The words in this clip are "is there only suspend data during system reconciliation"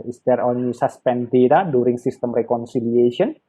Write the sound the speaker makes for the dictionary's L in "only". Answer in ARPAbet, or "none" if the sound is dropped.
none